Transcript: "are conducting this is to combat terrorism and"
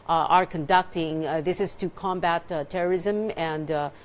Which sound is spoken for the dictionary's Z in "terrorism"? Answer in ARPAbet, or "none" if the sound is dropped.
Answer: Z